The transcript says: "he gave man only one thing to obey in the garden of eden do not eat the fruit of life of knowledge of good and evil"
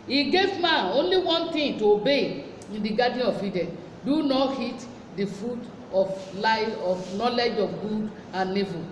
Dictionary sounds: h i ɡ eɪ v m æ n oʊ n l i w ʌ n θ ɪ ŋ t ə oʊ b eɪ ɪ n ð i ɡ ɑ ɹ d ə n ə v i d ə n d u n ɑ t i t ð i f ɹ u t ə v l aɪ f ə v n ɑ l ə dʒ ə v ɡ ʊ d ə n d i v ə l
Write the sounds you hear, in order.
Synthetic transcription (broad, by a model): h i ɡ eɪ v m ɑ n oʊ n l i w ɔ n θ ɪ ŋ t ə oʊ b eɪ ɪ n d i ɡ ɑ d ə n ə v i d ə n d u n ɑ t i t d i f ɹ u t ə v l aɪ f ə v n ɑ l ə dʒ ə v ɡ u d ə n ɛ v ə